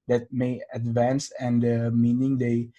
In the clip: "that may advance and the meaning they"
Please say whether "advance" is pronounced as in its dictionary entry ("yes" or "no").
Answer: yes